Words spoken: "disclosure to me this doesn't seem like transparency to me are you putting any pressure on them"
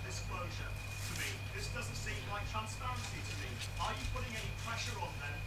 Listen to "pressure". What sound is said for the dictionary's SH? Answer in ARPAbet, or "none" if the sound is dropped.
SH